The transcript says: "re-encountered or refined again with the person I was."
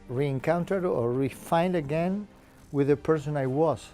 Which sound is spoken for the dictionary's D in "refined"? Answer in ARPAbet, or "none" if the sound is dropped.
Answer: D